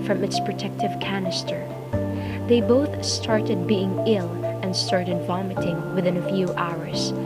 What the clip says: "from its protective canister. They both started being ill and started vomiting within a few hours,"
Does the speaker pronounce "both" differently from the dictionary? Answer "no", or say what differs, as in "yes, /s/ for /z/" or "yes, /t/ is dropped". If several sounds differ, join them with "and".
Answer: no